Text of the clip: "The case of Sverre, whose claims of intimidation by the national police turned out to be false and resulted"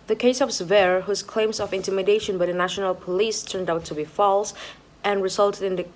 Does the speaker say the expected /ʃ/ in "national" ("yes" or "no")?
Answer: yes